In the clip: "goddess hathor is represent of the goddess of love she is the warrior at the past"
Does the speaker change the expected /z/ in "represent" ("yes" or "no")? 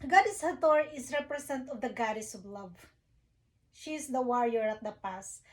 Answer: yes